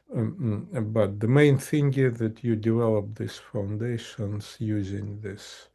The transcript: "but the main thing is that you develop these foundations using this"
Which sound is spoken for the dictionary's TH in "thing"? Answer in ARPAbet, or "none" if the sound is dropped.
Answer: TH